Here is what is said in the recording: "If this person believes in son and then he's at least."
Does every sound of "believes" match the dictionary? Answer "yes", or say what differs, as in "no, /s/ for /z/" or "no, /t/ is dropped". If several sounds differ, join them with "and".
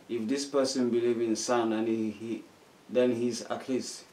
no, /z/ is dropped